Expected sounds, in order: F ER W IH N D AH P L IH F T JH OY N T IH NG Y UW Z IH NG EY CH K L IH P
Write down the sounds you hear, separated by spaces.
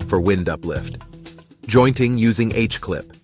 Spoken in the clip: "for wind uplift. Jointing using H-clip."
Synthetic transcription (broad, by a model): F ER W IH N D AH P L IH F T JH OY N T IH NG Y UW Z IH NG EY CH K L IH P